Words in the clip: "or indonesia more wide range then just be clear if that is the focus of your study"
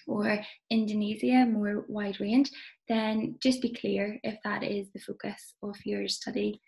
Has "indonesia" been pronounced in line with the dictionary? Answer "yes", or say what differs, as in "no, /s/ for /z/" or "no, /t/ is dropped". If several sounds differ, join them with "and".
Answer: no, /z/ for /ʒ/